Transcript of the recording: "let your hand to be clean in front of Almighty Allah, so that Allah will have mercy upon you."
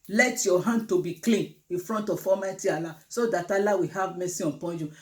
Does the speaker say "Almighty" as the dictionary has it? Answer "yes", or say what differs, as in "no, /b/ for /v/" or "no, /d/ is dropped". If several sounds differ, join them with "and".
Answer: no, /l/ is dropped